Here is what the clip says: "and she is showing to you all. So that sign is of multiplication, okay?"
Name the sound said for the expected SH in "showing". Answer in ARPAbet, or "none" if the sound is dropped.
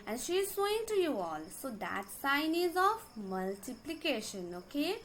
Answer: S